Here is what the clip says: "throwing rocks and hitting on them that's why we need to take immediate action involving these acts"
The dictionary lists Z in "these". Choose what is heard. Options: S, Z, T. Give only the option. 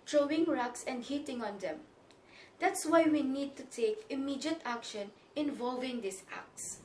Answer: S